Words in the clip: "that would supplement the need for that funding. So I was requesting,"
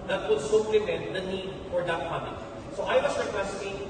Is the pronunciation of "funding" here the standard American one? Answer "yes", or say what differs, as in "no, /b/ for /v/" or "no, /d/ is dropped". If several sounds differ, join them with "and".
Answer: no, /p/ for /f/